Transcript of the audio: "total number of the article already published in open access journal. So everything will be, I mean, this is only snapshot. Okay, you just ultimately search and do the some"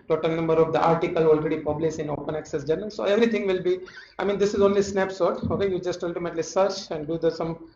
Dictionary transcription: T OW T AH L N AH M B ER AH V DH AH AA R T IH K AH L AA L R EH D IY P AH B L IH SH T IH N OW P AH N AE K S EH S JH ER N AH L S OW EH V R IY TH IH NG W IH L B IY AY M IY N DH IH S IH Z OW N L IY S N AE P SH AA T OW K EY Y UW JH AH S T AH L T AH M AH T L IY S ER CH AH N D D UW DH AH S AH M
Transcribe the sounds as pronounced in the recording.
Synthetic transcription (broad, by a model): T OW T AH L N AH M B ER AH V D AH AA R T IH K AH L AA L R EH D IY P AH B L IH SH IH N OW P AH N AE K S EH S JH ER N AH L S OW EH V R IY T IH NG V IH L B IY AY M IY N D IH S IH Z OW N L IY S N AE P S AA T OW K EY Y UW JH AH S T AH L T AH M AH T L IY S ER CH AH N D D UW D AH S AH M